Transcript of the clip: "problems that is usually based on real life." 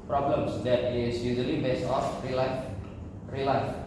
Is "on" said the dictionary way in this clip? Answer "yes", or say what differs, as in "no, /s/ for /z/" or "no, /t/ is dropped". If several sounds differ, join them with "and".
no, /l/ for /n/